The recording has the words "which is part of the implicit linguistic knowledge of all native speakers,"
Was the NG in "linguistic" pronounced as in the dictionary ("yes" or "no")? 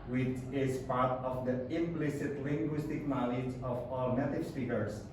yes